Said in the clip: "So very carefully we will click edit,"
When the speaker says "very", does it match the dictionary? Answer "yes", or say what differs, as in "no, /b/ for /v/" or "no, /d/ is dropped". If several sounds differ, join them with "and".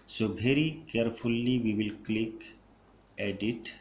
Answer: no, /b/ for /v/